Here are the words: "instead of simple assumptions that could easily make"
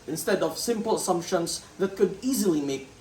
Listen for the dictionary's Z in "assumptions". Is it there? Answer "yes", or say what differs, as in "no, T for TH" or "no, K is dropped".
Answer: no, S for Z